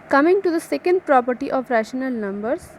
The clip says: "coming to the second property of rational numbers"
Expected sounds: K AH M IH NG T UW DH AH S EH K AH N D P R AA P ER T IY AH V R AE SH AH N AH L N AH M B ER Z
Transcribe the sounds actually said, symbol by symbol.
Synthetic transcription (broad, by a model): K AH M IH NG T UW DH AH S EH K AH N D P R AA P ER T IY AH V R AE SH AH N AH L N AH M B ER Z